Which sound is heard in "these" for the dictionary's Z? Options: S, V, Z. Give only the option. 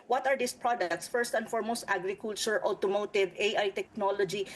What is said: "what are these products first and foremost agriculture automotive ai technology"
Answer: S